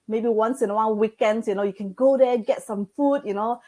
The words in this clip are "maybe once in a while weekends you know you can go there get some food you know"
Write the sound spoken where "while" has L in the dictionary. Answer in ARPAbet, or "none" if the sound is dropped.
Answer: N